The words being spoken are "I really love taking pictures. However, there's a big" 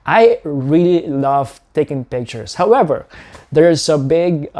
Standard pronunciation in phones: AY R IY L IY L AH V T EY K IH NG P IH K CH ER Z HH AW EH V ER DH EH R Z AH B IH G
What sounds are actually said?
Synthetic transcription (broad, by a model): AY R IY L IY L AH V T EY K IH NG P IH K CH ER S HH AW EH V ER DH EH R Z AH B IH G